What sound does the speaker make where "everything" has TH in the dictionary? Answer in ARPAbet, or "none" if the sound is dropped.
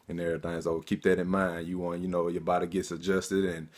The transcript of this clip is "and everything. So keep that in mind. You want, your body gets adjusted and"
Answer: T